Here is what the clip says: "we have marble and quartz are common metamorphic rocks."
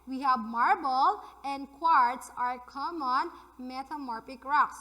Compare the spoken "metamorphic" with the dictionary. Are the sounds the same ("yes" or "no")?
no